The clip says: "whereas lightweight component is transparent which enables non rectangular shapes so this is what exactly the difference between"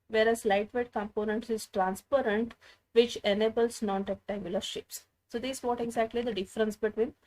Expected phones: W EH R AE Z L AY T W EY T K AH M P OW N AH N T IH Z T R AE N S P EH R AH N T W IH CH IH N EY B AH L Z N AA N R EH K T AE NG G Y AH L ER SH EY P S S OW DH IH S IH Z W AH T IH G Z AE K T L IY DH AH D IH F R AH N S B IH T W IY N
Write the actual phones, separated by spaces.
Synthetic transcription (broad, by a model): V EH R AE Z L AY T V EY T K AH M P OW N AH N T IH Z T R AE N S P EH R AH N T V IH CH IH N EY B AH L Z N AA N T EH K T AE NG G Y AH L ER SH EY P S S OW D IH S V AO T IH G Z AE K T L IY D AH D IH F R AH N S B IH T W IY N